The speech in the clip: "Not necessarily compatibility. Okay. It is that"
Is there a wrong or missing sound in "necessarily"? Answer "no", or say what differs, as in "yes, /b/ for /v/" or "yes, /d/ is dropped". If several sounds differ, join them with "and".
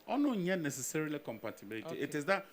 no